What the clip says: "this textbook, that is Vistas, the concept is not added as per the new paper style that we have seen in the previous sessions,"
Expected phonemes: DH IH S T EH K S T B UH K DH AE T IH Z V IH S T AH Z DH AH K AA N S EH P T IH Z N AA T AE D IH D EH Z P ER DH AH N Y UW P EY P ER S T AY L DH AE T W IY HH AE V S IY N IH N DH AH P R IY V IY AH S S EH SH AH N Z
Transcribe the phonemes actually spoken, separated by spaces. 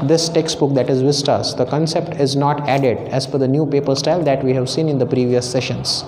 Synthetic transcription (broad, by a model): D IH S T EH K S T B UH K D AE T IH Z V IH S T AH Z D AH K AA N S EH P T IH Z N AA T AE D IH D EH Z F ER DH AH N Y UW P EY P ER S T AY L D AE T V IY HH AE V S IY N IH N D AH P R IY V IY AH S S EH SH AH N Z